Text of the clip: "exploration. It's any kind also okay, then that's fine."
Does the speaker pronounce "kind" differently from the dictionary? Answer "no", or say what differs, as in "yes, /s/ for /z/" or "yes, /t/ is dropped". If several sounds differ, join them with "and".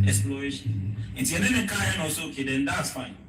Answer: yes, /d/ is dropped